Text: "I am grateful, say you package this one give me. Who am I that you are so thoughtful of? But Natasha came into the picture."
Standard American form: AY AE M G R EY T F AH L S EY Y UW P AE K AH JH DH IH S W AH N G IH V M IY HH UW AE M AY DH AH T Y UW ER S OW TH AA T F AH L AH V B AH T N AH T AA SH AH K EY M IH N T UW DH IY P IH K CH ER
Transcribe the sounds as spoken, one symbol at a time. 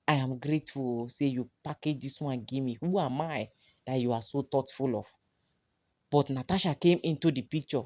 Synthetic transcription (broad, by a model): AY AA M G R EY T F AH L S EY Y UW P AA K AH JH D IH S W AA N G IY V M IY HH UW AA M AY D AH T Y UW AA S OW T AA T F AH L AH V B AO T N AH T AA SH AH K EY M IH N T UW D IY P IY K CH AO